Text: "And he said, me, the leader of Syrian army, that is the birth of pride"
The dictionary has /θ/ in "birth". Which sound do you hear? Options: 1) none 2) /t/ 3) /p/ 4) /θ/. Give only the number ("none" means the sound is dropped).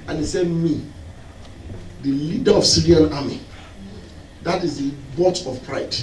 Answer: 2